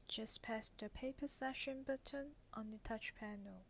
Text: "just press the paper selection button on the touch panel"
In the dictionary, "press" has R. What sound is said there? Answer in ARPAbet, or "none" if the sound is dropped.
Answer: none